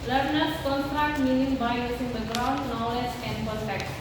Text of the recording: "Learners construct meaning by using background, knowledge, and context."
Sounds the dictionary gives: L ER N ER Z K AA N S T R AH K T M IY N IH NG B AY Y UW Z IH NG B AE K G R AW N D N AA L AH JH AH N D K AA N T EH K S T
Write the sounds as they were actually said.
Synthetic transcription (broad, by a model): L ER N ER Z K AA N S T R AH K T M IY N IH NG B AY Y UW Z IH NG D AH G R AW N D N AA L AH JH AH N D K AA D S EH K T